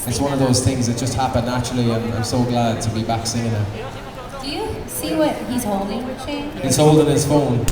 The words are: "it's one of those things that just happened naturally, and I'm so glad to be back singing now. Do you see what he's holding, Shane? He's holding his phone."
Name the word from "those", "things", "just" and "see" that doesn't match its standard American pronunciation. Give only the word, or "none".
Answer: none